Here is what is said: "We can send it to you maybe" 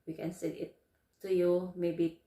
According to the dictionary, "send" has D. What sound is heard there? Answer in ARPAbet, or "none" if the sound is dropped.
none